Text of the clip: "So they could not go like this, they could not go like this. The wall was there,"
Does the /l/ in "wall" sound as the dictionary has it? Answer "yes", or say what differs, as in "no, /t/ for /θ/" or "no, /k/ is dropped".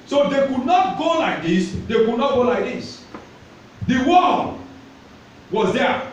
no, /n/ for /l/